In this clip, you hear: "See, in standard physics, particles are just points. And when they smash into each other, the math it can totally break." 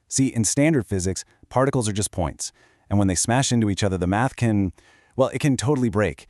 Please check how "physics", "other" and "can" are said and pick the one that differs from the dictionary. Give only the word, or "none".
none